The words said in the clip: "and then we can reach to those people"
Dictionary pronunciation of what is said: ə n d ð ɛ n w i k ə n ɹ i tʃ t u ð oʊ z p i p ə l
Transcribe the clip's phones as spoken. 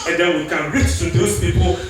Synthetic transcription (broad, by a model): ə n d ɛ n w i k ə n ɹ i tʃ t u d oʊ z p i p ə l